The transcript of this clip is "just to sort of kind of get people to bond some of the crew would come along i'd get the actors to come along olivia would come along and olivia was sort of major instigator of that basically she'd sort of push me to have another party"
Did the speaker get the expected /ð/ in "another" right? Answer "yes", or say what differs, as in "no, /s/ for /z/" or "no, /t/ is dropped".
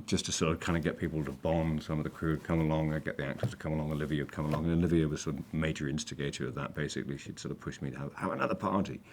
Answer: yes